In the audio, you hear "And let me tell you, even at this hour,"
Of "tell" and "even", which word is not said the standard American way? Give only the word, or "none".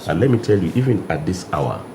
none